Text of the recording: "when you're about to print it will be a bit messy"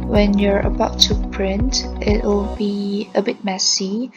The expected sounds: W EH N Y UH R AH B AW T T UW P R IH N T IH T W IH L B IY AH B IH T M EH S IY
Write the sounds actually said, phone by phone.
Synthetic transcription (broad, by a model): W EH N Y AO R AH B AW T T UW P R IH N T IH T W IH L B IY AH B IH T M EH S IY